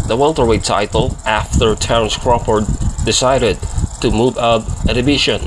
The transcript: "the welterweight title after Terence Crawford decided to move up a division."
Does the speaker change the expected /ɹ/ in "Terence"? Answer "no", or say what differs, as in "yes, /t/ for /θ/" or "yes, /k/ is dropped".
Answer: yes, /ɹ/ is dropped